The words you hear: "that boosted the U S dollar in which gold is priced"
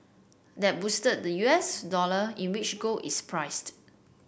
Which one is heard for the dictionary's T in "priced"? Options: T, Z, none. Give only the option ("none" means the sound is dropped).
T